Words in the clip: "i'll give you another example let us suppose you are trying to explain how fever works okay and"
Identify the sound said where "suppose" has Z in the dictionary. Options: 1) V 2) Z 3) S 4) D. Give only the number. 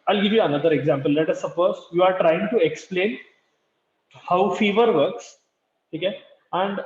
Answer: 3